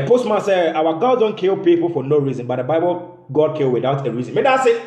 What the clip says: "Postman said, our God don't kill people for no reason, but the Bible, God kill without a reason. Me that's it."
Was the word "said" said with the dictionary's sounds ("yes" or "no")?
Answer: no